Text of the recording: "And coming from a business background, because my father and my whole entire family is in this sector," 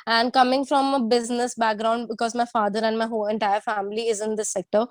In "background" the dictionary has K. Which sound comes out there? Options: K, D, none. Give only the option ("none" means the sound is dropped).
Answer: K